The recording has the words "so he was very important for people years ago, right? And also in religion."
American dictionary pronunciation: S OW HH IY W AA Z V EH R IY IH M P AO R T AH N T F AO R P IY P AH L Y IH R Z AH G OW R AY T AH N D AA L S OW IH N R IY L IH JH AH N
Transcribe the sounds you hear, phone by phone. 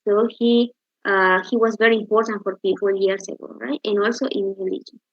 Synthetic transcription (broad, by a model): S OW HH IY W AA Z V EH R IY IH M P AO R T AH N T F AO R P IY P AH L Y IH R S AH G OW R AY T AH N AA L S OW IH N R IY L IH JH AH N